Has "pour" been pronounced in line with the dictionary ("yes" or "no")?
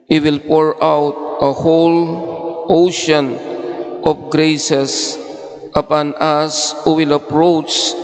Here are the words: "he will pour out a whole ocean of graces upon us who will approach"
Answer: yes